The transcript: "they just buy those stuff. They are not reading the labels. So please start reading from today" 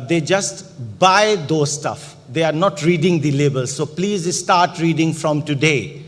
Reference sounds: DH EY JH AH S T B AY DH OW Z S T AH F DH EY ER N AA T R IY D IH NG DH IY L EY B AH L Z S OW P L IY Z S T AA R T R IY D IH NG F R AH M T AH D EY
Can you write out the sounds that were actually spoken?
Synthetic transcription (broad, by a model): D EY JH AH S T B AY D OW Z S T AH F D EY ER N AA T R IY D IH NG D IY L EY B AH L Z S OW P L IY Z S T AA R T R IY D IH NG F R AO M T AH D EY